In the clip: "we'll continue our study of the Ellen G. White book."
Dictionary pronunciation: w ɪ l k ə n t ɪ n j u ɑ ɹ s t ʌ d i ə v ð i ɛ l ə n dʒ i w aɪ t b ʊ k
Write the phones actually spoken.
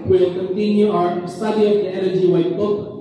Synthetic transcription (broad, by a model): w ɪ l k ə n t ɪ n j u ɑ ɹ s t ʌ d i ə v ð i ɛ n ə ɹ dʒ i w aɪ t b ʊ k